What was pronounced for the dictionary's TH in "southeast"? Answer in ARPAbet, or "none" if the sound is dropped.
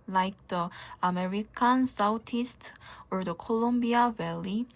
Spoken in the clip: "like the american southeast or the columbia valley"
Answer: T